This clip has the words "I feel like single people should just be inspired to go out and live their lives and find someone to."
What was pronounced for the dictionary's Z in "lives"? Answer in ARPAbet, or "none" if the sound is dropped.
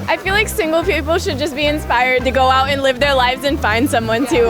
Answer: Z